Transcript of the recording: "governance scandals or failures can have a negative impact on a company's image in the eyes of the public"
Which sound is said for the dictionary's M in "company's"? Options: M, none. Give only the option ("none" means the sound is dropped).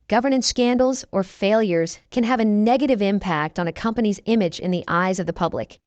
M